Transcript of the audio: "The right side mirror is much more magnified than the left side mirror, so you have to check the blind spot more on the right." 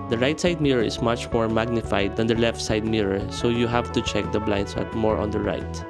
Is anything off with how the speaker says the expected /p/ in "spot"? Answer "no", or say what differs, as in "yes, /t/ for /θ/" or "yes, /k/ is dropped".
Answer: yes, /p/ is dropped